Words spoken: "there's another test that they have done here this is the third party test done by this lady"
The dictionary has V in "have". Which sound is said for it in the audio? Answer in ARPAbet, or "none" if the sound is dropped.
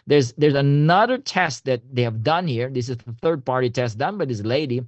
V